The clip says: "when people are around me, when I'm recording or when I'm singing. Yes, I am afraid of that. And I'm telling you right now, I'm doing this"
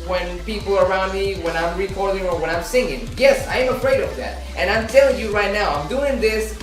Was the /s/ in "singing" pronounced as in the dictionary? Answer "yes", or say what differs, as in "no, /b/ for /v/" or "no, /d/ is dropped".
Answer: yes